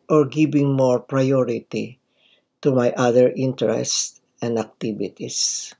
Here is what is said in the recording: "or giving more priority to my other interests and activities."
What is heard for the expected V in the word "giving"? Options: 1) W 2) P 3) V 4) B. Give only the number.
4